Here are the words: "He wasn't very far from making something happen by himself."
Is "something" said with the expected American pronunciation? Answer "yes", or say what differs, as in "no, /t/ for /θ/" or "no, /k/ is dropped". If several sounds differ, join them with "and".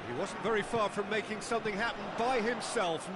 yes